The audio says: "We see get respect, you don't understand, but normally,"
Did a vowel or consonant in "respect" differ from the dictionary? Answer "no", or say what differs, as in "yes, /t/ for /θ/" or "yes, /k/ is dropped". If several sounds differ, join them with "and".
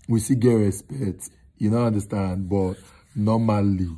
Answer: yes, /k/ is dropped